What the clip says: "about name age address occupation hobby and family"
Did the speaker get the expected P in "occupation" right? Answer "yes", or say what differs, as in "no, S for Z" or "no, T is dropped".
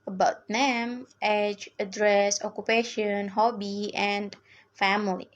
yes